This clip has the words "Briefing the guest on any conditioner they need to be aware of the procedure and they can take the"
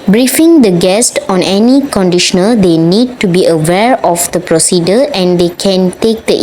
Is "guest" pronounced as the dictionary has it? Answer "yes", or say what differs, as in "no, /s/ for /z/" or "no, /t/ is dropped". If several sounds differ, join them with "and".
yes